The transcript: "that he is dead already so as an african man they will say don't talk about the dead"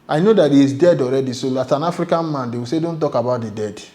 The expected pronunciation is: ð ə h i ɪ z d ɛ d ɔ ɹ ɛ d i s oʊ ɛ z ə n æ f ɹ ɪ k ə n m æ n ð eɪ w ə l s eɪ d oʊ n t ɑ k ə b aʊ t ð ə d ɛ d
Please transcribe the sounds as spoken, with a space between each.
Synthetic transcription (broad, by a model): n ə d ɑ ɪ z d ɛ d ɔ ɹ ɛ d i s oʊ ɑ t ə n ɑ f ɹ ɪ k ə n m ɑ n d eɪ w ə s eɪ d oʊ n t ɑ k ə b aʊ t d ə d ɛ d